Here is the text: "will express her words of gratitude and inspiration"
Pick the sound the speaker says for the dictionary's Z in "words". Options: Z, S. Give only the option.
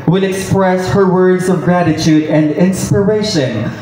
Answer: Z